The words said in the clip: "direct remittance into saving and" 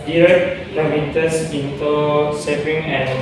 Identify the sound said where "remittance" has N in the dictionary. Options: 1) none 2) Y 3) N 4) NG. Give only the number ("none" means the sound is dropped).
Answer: 1